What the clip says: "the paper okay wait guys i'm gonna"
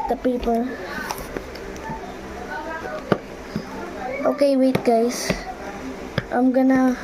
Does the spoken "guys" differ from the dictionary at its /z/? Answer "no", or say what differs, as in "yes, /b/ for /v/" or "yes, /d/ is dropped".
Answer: yes, /s/ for /z/